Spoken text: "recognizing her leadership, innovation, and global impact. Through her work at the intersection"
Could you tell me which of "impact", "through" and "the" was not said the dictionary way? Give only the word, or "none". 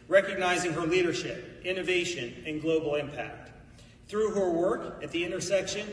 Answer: none